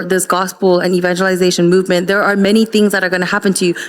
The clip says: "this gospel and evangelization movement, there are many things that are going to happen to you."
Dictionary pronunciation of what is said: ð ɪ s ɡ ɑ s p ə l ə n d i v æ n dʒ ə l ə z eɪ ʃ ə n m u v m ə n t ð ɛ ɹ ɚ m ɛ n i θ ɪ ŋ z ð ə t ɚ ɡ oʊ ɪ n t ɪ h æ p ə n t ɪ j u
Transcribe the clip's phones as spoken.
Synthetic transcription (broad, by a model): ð ɪ s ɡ ɑ s p l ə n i v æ n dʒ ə l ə z eɪ ʃ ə n m u v m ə n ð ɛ ɹ ɚ m ɛ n i θ ɪ ŋ z ð ə t ɚ ɡ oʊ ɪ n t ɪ h æ p ə n t ɪ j